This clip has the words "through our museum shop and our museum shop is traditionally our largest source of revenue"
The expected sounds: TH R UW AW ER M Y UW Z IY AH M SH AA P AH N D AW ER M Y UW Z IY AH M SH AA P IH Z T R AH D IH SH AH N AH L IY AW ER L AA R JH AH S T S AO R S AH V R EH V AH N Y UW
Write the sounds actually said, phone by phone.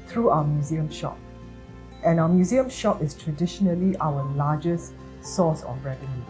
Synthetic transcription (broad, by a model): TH R UW AW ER M Y UW Z IY AH M SH AA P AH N AW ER M Y UW Z IY AH M SH AA P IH S T R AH D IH SH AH N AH L IY AW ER L AA JH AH S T S AO S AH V R EH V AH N Y UW